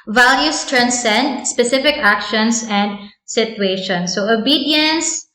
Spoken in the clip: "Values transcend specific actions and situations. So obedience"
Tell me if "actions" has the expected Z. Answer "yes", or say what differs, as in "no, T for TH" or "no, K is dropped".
no, S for Z